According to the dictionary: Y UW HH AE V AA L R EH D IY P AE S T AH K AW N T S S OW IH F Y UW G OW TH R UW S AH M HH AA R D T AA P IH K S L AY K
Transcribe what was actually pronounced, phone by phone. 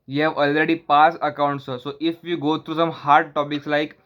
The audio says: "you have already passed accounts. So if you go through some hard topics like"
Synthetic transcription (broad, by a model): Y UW HH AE V AA L R EH D IY P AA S AH K AW N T S S OW IH F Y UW G OW T R UW S AH M HH AA R D T AA P IH K S L AY K